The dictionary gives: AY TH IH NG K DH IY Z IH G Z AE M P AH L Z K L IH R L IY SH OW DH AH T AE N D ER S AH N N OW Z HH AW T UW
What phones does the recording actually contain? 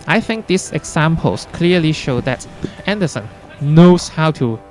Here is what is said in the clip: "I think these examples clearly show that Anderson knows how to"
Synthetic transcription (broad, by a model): AY TH IH NG K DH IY S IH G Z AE M P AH L S K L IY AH L IY SH OW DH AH T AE N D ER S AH N N OW S HH AW T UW